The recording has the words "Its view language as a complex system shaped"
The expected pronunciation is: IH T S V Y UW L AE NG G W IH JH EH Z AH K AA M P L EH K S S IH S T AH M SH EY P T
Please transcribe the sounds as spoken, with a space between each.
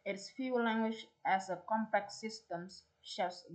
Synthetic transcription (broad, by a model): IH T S F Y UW L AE NG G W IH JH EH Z AH K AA M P EH K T S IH S T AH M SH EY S